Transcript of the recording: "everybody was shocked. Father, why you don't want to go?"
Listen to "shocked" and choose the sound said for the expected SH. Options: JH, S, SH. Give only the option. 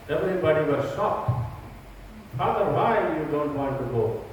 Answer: S